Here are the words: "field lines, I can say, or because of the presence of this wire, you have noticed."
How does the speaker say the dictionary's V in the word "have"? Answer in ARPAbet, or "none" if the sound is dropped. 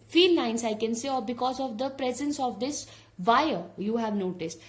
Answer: V